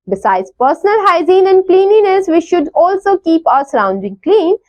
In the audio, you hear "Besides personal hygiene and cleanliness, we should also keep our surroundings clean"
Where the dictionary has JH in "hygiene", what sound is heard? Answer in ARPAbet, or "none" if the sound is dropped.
Z